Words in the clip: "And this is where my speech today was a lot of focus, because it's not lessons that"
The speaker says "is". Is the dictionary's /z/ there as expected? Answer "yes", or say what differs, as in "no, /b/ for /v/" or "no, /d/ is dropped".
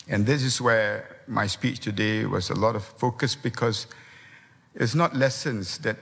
no, /s/ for /z/